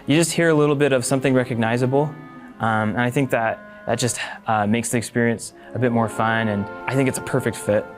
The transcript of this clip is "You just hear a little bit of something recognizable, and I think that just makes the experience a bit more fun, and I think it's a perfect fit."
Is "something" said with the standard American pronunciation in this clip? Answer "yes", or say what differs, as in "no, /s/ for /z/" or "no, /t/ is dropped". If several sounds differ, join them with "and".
yes